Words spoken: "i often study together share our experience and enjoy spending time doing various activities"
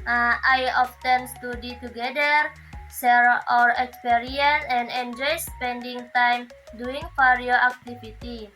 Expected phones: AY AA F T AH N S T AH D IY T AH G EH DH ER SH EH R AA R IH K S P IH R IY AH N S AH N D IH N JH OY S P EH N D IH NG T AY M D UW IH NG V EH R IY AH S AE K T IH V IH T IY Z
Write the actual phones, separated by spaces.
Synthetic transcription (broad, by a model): AY AA F T AH N S T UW D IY T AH G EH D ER S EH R AA R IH K S P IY R IY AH N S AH N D IH N JH OY S P EH N D IH NG T AY M D UW IH NG F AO R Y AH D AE K T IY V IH T IY